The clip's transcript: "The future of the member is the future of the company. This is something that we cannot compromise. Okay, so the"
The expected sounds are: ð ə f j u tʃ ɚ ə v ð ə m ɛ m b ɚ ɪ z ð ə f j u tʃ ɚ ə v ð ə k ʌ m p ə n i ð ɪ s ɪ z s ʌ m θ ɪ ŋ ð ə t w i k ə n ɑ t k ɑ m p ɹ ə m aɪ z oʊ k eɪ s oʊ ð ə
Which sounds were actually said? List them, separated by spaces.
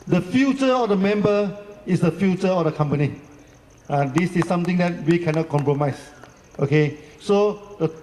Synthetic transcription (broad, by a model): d ə f j u tʃ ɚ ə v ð ə m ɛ m b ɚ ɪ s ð ə f j u tʃ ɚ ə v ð ə k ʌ m p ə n i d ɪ s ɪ s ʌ m t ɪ ŋ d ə t w i k ə n ɑ t k ɑ m p ɹ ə m aɪ s oʊ k eɪ s oʊ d ə